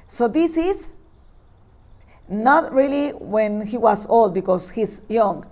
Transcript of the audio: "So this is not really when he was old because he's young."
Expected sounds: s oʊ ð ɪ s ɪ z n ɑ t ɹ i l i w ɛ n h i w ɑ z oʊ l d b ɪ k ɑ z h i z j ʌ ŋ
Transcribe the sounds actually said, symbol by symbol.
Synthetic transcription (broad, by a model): s oʊ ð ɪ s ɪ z n ɑ t ɹ i l i w ɛ n h i w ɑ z oʊ l d b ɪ k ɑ s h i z j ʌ ŋ